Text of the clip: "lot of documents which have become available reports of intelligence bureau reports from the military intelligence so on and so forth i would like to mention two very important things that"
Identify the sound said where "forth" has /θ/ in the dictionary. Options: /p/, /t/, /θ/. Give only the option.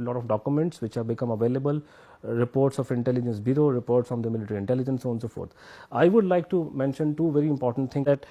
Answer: /t/